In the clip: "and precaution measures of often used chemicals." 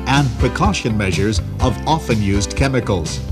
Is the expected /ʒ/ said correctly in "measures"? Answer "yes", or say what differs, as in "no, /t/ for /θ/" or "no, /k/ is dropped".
yes